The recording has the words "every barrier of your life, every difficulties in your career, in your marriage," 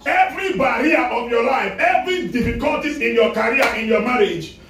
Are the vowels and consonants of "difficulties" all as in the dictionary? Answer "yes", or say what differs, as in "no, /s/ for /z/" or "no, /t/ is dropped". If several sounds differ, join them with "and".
no, /z/ is dropped